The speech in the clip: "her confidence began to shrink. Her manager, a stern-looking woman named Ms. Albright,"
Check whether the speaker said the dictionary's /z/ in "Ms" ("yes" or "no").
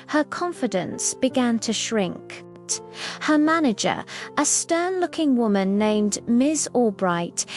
yes